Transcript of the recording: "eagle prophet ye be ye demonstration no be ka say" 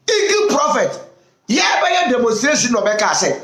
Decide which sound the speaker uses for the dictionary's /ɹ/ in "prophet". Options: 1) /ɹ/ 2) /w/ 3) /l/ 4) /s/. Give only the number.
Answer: 1